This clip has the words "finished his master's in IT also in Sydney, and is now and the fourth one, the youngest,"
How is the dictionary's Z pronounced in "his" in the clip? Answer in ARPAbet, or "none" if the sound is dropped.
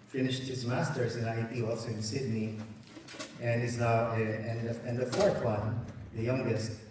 Z